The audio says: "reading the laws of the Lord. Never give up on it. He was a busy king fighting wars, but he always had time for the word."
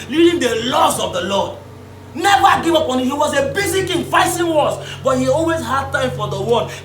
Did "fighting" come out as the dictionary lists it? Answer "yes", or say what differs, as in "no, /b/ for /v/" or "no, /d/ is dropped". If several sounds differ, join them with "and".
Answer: no, /s/ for /t/